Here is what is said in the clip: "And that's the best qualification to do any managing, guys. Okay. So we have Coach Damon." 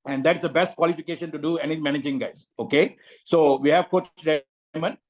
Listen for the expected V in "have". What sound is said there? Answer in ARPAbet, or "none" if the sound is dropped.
V